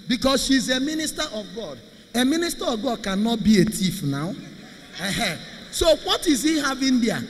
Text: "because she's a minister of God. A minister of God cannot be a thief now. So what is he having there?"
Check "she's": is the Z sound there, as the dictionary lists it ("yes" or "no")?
yes